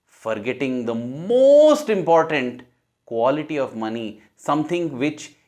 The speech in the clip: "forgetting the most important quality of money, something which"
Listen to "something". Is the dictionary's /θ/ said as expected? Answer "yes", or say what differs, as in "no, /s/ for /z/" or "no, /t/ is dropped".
no, /t/ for /θ/